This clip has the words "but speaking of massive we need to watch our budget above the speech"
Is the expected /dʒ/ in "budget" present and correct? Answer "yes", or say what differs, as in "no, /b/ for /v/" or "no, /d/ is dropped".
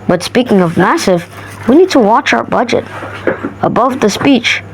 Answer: yes